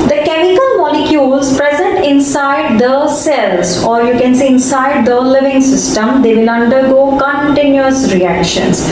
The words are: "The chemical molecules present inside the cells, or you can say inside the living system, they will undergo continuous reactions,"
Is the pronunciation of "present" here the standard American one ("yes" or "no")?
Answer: yes